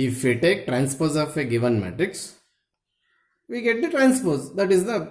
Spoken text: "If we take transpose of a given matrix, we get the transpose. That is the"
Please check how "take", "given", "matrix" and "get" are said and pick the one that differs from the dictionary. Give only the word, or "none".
none